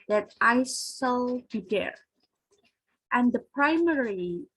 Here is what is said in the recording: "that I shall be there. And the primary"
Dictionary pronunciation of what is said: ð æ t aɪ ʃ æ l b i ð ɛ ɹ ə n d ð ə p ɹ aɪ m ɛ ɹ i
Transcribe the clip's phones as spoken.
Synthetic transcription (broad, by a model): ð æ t aɪ s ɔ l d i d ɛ ɹ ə n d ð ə p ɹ aɪ m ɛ ɹ i